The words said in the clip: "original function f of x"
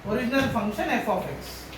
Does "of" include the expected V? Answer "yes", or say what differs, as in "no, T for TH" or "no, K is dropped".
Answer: no, P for V